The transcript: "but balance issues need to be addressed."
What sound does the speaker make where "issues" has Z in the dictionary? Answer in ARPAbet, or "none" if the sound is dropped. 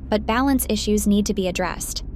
Z